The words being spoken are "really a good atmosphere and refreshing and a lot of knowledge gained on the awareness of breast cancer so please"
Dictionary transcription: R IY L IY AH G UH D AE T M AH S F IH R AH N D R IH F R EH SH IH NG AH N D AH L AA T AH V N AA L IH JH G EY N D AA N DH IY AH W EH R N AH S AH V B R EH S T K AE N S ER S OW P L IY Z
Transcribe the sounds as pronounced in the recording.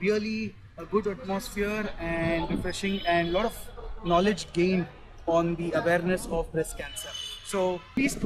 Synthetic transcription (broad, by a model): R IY L IY AH G UH D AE T M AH S F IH R AH N D R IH F R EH SH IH NG AH N D L AA T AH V N AA L IH JH G EY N AA N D IY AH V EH R N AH S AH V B R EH S K AE N S ER S OW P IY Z